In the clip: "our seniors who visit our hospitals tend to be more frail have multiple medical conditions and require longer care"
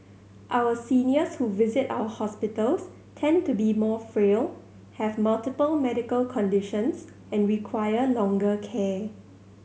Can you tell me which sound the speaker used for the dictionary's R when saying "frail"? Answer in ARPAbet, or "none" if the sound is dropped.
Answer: R